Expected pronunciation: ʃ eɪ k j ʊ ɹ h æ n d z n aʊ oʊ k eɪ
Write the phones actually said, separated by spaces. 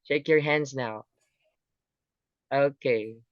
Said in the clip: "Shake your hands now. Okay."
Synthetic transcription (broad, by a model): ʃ eɪ k j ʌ ɹ h æ n d z n aʊ oʊ k eɪ